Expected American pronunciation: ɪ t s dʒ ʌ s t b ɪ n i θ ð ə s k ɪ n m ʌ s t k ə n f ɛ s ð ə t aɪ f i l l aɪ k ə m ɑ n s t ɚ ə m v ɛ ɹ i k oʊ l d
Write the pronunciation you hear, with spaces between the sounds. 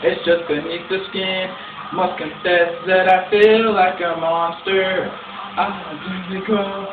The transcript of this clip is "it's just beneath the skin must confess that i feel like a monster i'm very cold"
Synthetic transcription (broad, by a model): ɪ t s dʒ ʌ s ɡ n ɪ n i t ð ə s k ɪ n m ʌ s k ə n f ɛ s ð ə t aɪ f i l l aɪ k ə m ɑ n s t ɚ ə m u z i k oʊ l